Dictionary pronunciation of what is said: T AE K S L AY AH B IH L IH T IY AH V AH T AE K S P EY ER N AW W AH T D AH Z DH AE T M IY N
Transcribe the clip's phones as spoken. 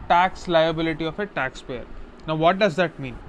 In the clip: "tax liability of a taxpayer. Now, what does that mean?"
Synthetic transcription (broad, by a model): T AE K S L AY AH B IH L IH T IY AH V AH T AE K S P EY ER N AW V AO T D AH Z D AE T M IY N